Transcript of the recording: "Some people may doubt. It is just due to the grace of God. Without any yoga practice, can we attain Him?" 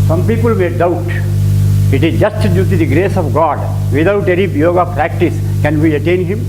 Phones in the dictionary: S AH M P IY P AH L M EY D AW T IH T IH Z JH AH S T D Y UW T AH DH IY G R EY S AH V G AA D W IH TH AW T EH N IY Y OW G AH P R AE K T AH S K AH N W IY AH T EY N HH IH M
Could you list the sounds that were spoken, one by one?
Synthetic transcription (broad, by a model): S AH M P IY P AH L M EY D AW T IH T IH Z JH AH S T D Y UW T AH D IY G R EY S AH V G AA D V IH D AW T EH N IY Y OW G AH P R AE K T AH S K AH N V IY AH T EY N HH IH M